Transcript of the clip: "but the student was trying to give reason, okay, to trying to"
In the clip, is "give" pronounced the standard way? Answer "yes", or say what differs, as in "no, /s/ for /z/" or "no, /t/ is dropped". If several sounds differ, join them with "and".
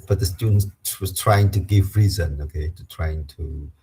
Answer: yes